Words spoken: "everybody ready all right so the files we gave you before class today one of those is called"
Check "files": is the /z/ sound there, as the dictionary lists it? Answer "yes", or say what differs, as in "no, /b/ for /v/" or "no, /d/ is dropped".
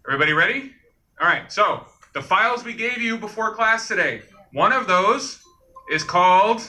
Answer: yes